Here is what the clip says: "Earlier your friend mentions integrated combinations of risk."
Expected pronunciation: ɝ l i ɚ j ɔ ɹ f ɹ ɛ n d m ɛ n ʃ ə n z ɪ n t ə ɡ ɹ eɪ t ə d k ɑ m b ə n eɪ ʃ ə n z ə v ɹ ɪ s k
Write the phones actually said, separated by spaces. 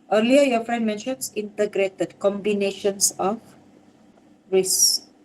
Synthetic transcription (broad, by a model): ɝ l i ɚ j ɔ f ɹ ɛ n d m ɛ n ʃ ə n s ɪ n t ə ɡ ɹ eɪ t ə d k ɑ m b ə n eɪ ʃ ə n s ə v ɹ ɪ s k